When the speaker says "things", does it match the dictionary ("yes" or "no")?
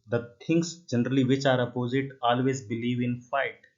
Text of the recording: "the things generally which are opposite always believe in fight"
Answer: no